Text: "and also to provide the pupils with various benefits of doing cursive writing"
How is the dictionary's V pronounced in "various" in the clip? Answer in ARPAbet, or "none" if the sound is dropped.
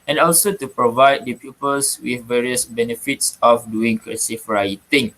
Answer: V